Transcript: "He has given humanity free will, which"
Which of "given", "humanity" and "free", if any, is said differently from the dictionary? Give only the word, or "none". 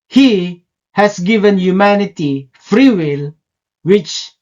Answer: none